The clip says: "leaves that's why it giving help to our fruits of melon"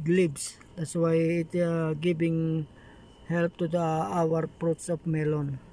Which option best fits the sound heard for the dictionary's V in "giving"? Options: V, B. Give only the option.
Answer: B